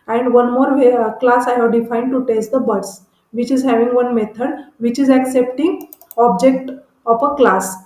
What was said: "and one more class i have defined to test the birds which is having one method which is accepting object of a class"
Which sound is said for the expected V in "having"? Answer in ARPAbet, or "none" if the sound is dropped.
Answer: V